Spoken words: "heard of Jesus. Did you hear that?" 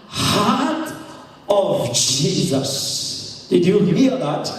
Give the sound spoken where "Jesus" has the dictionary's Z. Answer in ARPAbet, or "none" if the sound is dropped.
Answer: Z